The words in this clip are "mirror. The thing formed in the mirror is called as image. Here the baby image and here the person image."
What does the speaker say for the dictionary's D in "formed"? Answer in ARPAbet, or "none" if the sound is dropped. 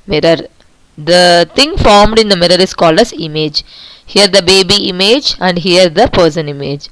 D